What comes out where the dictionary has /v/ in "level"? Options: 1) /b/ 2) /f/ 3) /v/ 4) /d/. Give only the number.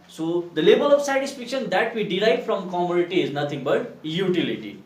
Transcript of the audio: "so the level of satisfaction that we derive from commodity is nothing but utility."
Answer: 1